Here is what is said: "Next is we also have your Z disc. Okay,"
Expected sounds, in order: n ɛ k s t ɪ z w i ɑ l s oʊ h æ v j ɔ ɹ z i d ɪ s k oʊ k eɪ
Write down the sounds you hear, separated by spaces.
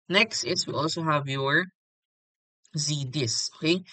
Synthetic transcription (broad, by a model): n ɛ k s t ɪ s w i ɑ l s oʊ h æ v j ɔ ɹ z i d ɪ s oʊ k eɪ